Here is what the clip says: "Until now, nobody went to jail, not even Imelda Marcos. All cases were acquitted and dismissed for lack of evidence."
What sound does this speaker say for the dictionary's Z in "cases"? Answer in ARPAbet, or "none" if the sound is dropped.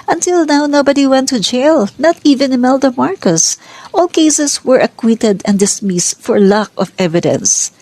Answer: S